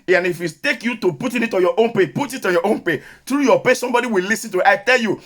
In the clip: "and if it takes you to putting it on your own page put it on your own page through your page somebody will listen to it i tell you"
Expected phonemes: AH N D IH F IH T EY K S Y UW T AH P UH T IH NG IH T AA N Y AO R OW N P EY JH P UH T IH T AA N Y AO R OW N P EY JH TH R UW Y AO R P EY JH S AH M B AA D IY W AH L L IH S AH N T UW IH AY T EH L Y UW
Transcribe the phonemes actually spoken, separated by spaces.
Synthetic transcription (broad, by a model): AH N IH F IH T EY K Y UW T AH P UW T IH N IH T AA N Y AO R OW N P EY P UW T IH T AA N Y AO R OW N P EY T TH R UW Y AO P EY S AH M B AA D IY W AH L L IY S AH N T UW IH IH T EH L Y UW